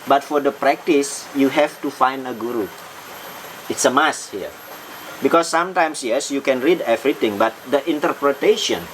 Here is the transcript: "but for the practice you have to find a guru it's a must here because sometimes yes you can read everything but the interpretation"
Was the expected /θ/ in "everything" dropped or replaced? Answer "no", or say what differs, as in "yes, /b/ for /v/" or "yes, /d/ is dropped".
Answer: yes, /t/ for /θ/